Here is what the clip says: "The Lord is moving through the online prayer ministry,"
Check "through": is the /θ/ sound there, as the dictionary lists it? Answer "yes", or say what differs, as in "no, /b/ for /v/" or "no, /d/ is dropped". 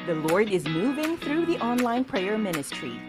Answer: yes